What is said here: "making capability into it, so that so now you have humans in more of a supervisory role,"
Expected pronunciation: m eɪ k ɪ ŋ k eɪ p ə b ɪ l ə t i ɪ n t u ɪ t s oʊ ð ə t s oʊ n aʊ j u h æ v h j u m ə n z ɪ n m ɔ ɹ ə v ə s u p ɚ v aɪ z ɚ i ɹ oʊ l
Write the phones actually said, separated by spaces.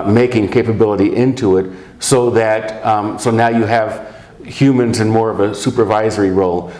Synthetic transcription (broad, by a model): m eɪ k ɪ ŋ k eɪ p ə b ɪ l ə t i ɪ n t u ɪ t s oʊ ð ə t s oʊ n aʊ j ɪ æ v h j u m ə n z ɪ n m ɔ ɹ ə v ə s u p ɚ v aɪ z ɚ i ɹ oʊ l